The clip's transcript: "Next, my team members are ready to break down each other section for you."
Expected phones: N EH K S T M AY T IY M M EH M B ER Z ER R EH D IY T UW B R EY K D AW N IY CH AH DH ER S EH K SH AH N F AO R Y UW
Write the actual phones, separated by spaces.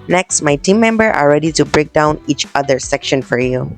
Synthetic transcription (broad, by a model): N EH K S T M AY T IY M M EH M B ER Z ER R EH D IY T UW B R EY K D AW N IY CH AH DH ER S EH K SH AH N F AO R Y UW